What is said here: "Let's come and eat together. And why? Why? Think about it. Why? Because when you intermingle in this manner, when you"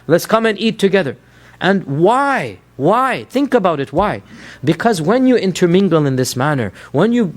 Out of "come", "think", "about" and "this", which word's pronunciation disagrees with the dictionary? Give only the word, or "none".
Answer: none